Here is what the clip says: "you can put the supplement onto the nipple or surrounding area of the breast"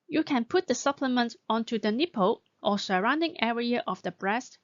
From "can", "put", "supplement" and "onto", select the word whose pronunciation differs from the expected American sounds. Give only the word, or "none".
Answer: none